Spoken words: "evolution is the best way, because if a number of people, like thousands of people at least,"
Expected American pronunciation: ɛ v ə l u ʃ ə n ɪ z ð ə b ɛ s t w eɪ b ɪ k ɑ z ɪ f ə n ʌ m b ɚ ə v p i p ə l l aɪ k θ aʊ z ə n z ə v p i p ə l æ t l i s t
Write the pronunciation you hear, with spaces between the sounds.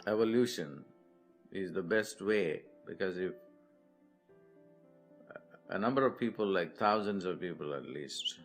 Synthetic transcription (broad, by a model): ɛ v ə l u ʃ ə n ɪ z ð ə b ɛ s t w eɪ b ɪ k ɑ z ɪ f ə n ʌ m b ɚ ə v p i p ə l l aɪ k t aʊ z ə n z ə v p i p ə l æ t l i s t